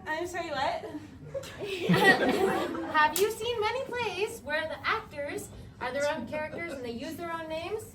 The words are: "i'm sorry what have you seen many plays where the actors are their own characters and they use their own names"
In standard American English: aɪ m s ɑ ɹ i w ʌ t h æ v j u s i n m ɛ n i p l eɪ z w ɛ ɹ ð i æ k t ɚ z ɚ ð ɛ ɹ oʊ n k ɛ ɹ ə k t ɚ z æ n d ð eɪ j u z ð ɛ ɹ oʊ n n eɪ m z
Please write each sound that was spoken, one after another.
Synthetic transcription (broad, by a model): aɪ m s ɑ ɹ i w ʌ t h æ v j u s i n m ɛ n i p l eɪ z w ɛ ɹ ð i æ k t ɚ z ɚ ð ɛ ɹ oʊ n k ɛ ɹ ə k t ɚ z n ð eɪ j u z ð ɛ ɹ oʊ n n eɪ m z